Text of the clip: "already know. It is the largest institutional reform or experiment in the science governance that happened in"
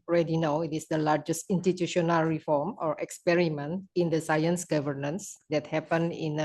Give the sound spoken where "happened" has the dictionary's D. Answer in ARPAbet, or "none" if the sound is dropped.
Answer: none